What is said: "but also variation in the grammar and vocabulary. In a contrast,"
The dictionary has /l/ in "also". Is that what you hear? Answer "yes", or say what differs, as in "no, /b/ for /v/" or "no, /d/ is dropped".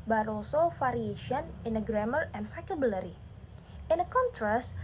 no, /l/ is dropped